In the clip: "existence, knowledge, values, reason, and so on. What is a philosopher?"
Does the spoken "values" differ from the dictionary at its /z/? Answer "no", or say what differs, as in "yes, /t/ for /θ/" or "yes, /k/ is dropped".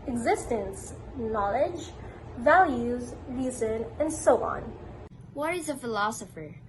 no